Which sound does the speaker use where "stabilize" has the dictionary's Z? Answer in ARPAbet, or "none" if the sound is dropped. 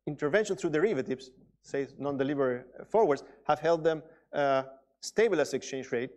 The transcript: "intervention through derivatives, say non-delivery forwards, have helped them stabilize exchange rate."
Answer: S